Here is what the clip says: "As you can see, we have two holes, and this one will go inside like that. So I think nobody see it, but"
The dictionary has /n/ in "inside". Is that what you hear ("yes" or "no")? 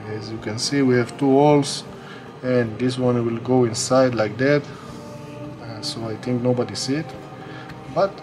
yes